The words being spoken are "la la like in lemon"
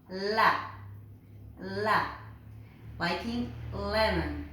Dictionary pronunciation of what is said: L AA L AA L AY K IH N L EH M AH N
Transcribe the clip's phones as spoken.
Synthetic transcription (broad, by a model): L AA L AA W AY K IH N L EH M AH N